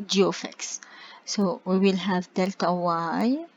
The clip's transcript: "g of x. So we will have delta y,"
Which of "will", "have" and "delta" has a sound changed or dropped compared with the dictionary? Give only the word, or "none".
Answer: none